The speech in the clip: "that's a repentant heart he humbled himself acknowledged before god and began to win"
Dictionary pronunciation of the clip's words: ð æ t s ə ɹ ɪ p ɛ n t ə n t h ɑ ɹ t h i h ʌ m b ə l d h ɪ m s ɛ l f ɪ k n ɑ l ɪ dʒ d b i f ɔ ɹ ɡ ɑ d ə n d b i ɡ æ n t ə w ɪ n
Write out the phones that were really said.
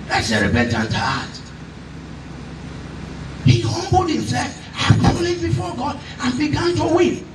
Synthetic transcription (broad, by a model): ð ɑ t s ə ɹ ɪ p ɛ n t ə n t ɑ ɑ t h i h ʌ m b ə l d h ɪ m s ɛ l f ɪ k ɑ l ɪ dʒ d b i f ɔ ɡ ɑ d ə n b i ɡ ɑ n t ə w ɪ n